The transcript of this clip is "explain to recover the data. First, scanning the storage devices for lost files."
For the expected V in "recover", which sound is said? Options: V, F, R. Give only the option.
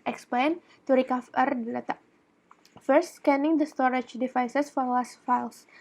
F